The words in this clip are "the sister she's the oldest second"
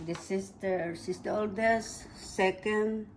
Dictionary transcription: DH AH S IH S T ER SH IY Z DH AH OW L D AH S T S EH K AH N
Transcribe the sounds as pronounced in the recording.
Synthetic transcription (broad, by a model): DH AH S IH S T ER S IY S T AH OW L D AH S S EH K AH N